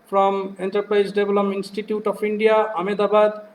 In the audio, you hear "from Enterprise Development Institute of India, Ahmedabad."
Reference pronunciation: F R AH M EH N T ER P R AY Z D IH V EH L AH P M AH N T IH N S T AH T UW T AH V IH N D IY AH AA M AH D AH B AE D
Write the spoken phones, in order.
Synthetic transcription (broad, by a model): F R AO M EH N T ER P R AY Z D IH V L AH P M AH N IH N S T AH T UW T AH P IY N D IY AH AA M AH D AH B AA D